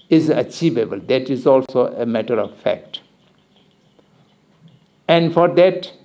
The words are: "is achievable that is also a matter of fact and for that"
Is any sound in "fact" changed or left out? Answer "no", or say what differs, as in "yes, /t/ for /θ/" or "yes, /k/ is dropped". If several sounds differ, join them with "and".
no